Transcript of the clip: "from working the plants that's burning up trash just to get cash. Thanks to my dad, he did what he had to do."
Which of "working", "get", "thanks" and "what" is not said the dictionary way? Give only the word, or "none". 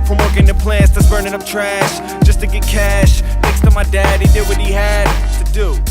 thanks